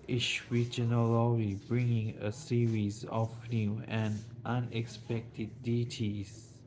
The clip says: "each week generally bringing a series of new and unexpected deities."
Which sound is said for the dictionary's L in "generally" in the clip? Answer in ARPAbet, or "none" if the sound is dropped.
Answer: W